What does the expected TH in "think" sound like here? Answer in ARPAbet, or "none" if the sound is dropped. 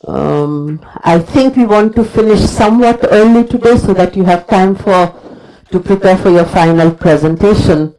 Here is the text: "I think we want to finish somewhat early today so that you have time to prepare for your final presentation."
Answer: T